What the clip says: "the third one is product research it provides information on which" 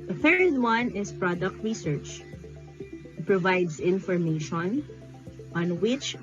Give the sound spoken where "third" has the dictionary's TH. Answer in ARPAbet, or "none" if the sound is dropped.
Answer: F